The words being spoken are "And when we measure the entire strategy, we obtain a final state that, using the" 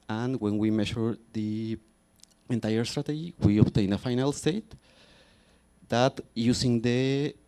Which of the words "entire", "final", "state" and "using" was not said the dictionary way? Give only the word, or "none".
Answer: using